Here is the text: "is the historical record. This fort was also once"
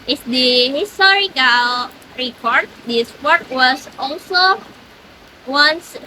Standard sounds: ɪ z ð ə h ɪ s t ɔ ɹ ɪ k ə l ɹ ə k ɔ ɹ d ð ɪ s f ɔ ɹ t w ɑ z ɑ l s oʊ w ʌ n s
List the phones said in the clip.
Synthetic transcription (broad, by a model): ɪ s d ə h ɪ s t ɔ ɹ ɪ k ə l ɹ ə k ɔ ɹ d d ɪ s p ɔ ɹ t w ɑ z ɑ l s oʊ w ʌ n s